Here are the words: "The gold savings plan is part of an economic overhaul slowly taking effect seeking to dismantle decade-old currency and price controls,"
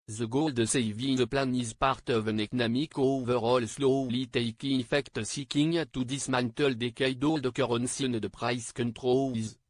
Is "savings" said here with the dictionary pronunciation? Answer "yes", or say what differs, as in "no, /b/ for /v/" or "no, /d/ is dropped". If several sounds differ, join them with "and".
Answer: no, /ŋ/ is dropped